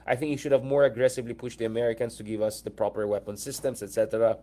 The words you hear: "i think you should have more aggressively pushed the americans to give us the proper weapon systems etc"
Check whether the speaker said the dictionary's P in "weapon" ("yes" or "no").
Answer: yes